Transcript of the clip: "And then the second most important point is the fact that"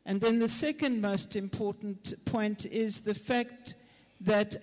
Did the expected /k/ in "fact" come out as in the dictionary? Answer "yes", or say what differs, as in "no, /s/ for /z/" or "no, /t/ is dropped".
yes